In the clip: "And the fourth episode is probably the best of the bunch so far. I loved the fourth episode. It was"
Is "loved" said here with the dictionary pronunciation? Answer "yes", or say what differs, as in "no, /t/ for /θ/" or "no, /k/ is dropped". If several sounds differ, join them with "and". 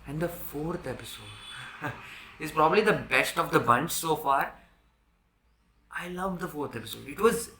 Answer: yes